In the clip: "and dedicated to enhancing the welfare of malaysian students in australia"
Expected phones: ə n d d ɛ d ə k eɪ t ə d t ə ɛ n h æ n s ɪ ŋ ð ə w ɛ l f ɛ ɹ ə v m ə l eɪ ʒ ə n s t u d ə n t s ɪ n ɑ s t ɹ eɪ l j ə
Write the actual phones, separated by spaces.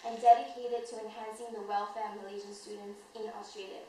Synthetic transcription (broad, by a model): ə n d d ɛ d ə k eɪ t ə d t ə ɛ n h æ n s ɪ ŋ ð ə w ɛ l f ɛ ɹ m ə l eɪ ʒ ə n s t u d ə n t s ɪ n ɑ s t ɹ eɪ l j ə